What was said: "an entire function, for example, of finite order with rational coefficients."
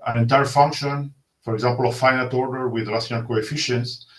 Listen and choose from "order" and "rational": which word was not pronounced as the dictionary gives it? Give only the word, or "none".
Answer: rational